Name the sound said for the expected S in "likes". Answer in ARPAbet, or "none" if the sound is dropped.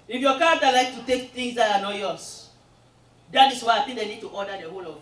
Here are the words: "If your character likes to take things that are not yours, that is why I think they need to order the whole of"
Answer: none